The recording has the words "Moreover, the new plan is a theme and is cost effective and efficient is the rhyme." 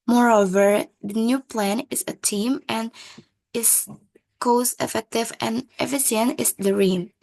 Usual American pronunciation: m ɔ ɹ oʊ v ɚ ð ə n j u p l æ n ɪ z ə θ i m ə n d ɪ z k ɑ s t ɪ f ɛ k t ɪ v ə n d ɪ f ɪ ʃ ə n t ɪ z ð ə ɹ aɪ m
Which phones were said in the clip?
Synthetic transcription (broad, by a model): m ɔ ɹ oʊ v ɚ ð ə n j u p l æ n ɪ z ə t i m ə n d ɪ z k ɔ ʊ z ɪ f ɛ k t ɪ v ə n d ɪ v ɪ s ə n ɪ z ð ə ɹ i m